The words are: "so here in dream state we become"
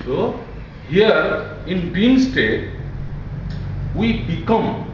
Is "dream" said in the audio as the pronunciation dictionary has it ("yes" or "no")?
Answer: no